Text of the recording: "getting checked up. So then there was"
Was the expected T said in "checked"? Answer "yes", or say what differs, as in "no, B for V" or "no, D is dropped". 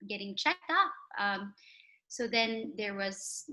yes